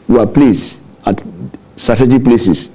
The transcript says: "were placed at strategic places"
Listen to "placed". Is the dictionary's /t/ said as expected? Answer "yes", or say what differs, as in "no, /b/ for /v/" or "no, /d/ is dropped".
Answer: no, /t/ is dropped